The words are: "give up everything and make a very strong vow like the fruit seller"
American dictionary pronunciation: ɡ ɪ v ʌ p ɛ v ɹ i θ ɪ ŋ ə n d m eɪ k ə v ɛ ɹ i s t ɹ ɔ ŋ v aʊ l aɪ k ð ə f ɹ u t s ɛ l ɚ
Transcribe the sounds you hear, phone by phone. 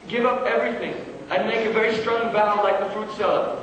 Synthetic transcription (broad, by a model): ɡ ɪ v ʌ p ɛ v ɹ i θ ɪ ŋ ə n m eɪ k ə v ɛ ɹ i s t ɹ ɔ ŋ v aʊ l aɪ k ð ə f ɹ u t s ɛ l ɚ